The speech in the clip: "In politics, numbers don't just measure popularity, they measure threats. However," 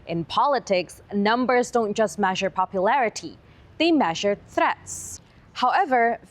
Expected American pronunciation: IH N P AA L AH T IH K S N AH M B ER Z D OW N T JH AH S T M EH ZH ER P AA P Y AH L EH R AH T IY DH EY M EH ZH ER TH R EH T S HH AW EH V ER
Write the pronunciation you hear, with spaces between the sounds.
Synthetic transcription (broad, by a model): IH N P AA L AH T IH K S N AH M B ER Z D OW N T JH AH S T M EH ZH ER P AA P Y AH L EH R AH T IY DH EY M EH ZH ER TH R EH T S HH AW EH V ER